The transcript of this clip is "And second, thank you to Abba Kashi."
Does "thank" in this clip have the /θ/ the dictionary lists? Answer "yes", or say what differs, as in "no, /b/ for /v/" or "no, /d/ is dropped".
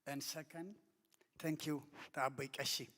no, /t/ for /θ/